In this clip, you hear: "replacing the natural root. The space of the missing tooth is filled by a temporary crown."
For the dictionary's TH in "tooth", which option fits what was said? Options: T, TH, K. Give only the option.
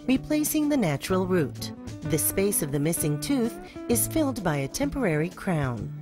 TH